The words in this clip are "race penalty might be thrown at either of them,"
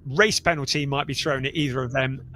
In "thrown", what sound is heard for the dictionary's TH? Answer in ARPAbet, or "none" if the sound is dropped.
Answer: TH